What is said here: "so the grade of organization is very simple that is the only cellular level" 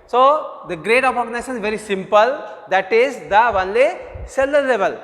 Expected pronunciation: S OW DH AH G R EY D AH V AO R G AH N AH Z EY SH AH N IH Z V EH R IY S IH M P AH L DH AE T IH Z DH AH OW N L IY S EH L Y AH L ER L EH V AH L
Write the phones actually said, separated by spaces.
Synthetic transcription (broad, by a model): S OW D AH G R EY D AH P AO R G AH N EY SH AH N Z V EH R IY S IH M P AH L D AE T IH Z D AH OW N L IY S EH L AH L L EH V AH L